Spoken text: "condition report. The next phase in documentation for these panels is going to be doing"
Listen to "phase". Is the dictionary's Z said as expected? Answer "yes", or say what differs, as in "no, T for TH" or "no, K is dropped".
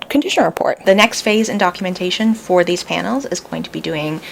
yes